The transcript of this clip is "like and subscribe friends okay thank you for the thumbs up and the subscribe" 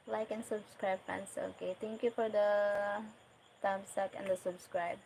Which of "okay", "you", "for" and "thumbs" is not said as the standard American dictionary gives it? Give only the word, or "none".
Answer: thumbs